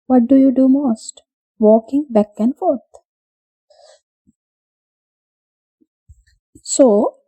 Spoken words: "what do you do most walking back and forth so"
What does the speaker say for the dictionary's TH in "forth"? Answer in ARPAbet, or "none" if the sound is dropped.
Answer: T